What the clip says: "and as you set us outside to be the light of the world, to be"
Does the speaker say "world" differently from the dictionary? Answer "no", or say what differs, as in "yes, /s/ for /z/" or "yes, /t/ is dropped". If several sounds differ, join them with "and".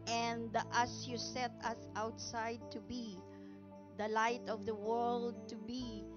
no